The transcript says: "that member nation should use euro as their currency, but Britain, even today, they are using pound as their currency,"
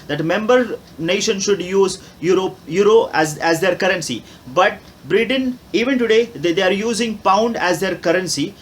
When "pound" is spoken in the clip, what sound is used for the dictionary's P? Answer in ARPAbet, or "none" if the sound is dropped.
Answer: P